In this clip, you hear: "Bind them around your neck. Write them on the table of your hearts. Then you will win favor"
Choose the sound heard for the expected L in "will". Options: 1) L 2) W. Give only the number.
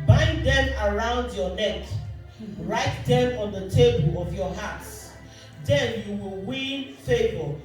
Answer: 1